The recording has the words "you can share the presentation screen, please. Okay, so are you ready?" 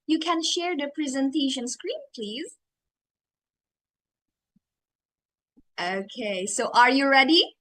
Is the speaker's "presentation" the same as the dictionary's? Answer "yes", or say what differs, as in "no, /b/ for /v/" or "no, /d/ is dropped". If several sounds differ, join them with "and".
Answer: yes